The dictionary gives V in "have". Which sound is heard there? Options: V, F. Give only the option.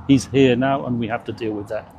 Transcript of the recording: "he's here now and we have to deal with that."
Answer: F